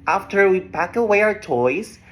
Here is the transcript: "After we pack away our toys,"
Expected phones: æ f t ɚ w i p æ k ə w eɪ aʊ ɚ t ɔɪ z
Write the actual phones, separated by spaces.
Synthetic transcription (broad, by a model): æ f t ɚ w i b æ k ə w eɪ aʊ ɚ t ɔɪ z